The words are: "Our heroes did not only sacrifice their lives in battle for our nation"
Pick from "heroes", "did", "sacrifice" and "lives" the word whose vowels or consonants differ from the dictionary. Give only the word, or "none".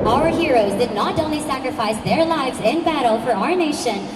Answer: none